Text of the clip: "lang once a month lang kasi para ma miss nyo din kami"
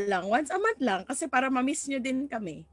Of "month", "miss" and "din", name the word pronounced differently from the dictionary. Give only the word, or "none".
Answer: month